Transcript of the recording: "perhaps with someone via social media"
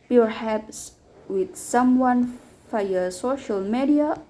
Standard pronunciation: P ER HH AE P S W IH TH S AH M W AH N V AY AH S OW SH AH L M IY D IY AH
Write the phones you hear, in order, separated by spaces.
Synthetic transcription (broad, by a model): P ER HH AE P S W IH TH S AH M W AH N F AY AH S OW SH AH L M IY D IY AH